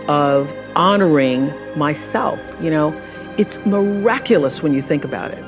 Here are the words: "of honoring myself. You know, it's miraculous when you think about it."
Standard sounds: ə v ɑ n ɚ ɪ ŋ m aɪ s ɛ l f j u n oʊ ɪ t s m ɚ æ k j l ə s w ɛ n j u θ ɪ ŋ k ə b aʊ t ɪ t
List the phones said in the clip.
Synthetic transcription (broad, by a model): ə v ɑ n ɚ ɪ ŋ m aɪ s ɛ l f j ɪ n oʊ ɪ t s m ɚ æ k j l ə s w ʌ n j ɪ θ ɪ ŋ k ə b aʊ t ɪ t